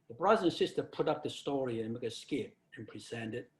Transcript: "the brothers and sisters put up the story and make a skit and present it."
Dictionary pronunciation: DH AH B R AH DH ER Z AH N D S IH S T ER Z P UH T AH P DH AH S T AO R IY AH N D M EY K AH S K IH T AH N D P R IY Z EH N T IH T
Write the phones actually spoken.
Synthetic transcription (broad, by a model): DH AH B R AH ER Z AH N S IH S T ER P UH T AH P DH AH S T AO R IY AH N M EY K AH S K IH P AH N P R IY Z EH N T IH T